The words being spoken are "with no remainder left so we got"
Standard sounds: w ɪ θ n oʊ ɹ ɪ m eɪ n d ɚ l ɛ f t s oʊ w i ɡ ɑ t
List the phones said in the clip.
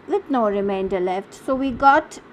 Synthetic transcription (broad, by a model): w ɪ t n oʊ ɹ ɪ m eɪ n d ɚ l ɛ f t s oʊ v i ɡ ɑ t